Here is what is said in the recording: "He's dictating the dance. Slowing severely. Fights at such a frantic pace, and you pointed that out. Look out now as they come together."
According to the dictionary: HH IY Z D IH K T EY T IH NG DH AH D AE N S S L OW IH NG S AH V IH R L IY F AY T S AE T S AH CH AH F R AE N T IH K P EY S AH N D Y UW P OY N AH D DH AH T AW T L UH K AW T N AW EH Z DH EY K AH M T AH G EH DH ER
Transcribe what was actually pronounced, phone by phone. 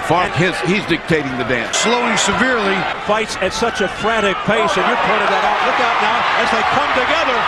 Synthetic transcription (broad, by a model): HH IY Z D IH K T EY T IH NG DH AH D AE N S S L OW IH NG S AH V IH R L IY F AY T S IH T S AH CH AH F R AE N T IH K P EY S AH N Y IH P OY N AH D DH AH T AW T L UH K AW T N AW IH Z DH EY K AH M T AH G EH DH ER